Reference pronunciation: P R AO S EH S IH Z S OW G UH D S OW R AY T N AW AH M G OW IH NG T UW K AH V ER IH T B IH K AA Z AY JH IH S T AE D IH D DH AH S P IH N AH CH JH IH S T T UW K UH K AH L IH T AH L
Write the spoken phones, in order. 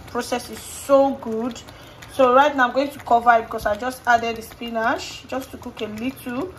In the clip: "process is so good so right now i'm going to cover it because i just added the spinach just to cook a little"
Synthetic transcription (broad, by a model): P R AO S EH S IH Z S OW G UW D S OW R AY T N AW AH M G OW IH NG T UW K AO V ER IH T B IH K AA S AY JH IH S T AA D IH D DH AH S P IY N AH SH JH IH S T T UW K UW K AH L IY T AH